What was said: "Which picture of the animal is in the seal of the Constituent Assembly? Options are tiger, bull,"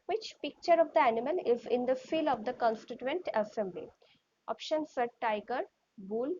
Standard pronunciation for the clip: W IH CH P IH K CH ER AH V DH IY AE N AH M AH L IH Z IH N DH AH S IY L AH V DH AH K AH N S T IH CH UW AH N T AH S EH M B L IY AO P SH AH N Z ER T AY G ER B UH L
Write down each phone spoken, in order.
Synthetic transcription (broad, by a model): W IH CH P IH K CH ER AH V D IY AE N AH M AH L IH Z IH N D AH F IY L AH V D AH K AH N S T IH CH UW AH N T AH S EH M B L IY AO P SH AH N S ER T AY G ER B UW L